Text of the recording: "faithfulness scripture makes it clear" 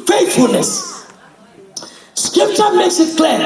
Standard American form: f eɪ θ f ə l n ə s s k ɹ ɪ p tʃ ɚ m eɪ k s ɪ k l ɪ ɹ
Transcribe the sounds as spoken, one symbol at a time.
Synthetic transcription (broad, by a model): f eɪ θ f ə l n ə s s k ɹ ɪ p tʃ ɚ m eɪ s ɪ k l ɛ